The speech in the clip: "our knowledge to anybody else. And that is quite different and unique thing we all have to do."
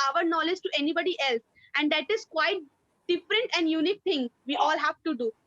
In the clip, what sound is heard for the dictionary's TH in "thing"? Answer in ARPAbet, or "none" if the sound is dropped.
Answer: T